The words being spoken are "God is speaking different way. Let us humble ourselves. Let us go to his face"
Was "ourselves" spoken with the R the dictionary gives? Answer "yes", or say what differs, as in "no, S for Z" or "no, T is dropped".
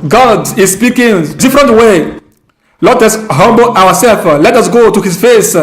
no, W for R